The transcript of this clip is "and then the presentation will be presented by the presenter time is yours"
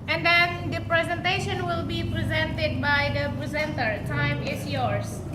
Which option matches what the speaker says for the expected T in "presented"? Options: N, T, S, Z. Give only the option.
T